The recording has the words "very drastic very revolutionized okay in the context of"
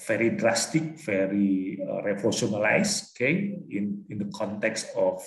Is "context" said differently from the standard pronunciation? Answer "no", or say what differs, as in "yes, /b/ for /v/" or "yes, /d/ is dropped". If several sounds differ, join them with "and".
no